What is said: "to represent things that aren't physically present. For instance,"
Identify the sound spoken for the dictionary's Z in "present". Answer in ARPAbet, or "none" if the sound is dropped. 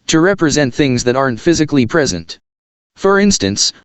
Z